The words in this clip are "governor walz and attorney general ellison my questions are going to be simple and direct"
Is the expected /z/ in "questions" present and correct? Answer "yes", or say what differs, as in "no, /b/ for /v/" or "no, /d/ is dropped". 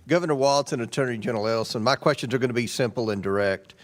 yes